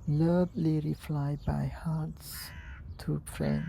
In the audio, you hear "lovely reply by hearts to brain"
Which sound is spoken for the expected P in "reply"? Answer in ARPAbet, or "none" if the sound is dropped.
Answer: F